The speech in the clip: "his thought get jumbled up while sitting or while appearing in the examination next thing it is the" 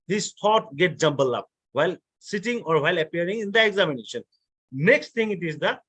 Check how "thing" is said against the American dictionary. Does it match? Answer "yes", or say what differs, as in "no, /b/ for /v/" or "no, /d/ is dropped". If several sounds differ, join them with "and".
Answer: no, /t/ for /θ/